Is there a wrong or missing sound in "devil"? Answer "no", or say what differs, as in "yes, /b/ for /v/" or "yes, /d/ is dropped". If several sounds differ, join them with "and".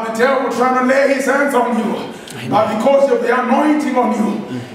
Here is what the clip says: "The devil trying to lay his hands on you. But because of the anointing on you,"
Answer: yes, /w/ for /v/